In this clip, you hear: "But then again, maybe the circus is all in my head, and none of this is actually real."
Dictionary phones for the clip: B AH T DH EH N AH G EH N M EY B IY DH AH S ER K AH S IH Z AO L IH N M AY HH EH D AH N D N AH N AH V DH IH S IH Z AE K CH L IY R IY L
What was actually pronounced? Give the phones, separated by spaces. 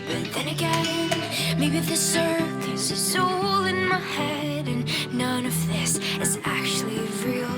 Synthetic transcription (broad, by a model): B AH T DH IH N AH G EH N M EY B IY DH AH S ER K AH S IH S AO L IH N M AY HH EH D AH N N AH N AH V DH IH S IH Z AE K CH L IY R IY L